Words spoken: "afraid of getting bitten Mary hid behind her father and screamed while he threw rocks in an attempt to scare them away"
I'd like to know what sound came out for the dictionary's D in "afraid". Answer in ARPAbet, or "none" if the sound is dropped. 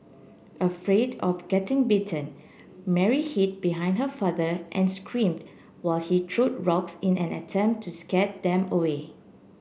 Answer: D